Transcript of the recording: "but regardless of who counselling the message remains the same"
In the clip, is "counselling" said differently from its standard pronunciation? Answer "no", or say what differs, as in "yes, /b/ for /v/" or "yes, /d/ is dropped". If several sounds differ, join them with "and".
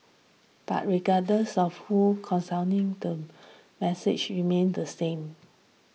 yes, /n/ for /l/